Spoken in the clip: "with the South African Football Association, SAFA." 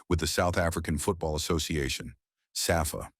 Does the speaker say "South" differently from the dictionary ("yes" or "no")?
no